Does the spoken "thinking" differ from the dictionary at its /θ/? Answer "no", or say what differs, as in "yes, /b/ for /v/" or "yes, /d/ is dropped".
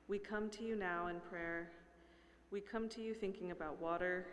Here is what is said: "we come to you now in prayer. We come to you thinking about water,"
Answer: no